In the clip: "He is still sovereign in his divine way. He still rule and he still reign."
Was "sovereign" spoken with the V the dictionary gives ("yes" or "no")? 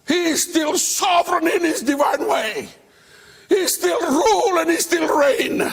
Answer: yes